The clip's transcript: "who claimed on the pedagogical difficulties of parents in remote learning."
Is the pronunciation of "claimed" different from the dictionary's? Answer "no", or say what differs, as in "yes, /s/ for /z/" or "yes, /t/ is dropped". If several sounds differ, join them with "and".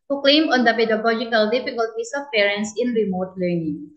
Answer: yes, /d/ is dropped